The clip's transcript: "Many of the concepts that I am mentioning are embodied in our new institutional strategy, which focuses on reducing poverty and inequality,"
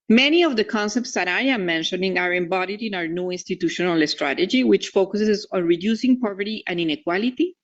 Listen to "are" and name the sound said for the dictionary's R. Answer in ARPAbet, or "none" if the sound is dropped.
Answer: R